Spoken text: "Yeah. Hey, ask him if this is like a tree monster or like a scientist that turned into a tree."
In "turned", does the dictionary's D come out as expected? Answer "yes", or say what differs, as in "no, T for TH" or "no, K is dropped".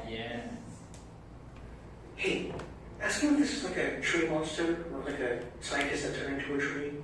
no, D is dropped